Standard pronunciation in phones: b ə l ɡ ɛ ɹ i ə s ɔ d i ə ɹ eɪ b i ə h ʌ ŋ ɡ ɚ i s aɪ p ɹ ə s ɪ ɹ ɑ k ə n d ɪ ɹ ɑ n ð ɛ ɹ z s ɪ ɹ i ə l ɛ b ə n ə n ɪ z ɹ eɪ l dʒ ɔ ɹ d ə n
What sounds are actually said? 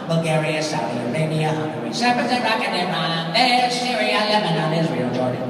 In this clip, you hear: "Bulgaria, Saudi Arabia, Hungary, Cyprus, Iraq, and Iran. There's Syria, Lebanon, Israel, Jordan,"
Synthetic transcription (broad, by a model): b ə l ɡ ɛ ɹ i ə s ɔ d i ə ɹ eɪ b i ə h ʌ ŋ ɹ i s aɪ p ə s ɪ ɹ ɑ k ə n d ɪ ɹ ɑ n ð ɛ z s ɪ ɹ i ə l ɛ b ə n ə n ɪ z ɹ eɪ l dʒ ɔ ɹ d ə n